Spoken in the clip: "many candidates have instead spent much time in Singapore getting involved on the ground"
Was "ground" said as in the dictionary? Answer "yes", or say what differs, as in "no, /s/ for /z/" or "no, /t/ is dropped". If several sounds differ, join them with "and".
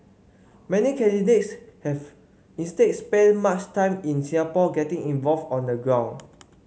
no, /d/ is dropped